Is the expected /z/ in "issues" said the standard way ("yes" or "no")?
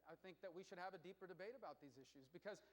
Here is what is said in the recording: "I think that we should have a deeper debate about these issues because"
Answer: yes